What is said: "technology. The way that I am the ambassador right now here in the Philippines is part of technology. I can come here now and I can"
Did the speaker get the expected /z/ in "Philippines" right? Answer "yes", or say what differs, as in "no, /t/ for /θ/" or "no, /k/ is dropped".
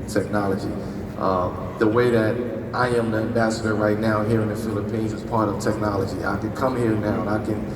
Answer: yes